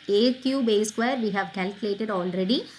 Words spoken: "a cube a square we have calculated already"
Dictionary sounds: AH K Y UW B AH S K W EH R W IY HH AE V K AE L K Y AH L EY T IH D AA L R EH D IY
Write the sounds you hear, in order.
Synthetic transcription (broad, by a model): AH K Y UW B AH S K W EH R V IY HH AE V K AE L K Y AH L EY T IH D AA L R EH D IY